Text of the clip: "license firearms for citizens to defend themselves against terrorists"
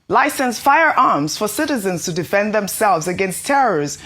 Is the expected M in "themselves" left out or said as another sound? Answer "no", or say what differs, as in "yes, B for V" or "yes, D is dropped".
no